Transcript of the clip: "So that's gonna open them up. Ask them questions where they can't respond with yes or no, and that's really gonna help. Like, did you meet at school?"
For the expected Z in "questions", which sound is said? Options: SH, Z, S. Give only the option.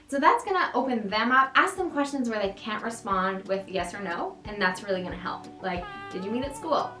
Z